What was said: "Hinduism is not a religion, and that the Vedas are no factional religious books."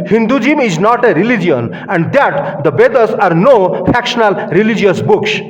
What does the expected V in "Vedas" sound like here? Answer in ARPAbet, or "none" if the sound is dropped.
B